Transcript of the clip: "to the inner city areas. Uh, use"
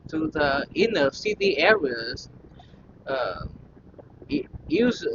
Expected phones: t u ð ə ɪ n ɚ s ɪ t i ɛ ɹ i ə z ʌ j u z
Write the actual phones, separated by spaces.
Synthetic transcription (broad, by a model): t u ð ə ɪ n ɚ s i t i ɛ ɹ i ə z ʌ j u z